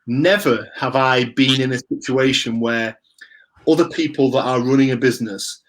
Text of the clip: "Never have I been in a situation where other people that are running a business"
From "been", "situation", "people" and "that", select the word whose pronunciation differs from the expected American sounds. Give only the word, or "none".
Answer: none